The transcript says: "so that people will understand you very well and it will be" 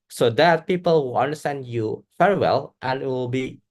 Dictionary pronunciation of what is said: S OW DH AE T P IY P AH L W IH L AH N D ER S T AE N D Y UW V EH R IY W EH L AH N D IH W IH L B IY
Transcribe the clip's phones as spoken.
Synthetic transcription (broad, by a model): S OW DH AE T P IY P AH L W IH L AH N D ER S T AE N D Y UW F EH R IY W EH L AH N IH W IH L B IY